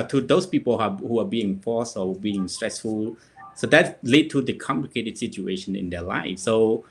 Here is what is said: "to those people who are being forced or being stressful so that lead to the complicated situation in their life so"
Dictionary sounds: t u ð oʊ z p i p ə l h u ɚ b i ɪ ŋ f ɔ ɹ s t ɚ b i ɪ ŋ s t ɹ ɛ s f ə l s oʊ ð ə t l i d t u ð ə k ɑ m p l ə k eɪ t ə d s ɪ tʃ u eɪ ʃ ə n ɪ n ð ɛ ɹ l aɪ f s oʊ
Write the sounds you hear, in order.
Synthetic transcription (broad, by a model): t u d oʊ s p i p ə l h u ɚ b i ɪ ŋ f ɔ s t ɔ b i ɪ ŋ s t ɹ ɛ s f ə l s oʊ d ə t l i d t u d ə k ɑ m p l ə k eɪ t ə d s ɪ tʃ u eɪ ʃ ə n ɪ n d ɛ l aɪ f s oʊ